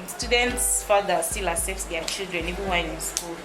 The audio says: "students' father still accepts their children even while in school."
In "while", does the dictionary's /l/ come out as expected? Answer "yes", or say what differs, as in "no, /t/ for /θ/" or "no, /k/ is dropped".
no, /n/ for /l/